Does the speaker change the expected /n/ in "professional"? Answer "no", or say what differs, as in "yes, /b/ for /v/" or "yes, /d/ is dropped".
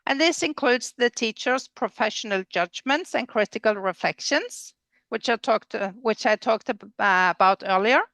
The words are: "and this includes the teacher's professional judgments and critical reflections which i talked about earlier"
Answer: no